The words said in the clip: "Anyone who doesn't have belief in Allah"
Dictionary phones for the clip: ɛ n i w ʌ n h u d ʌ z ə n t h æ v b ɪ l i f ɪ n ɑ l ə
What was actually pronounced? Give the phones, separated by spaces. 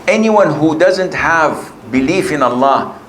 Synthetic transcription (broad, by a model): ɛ n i w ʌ n h u d ʌ z ə n t h æ v b ɪ l i f ɪ n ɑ l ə